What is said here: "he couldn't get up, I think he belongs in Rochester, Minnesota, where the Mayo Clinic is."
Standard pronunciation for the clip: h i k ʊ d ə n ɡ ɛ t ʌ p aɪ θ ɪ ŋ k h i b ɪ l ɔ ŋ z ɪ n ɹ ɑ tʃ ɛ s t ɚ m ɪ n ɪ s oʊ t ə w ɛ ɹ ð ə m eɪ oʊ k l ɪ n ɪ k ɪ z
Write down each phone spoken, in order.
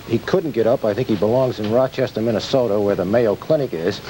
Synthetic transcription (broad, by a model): h i k ʊ d n ɡ ɛ t ʌ p aɪ θ ɪ ŋ k h i b ɪ l ɔ ŋ z ɪ n ɹ ɑ tʃ ɛ s t ɚ m ɪ n ɪ s oʊ t ə w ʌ ɹ ð ə m eɪ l k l ɪ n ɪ k ɪ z